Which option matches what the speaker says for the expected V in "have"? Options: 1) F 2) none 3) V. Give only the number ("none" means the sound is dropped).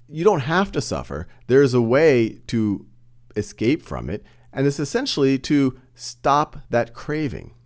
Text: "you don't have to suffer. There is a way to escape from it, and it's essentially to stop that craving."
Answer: 1